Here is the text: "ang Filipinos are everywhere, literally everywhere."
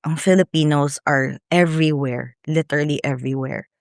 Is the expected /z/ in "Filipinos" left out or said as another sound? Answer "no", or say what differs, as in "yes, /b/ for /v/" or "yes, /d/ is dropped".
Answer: yes, /s/ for /z/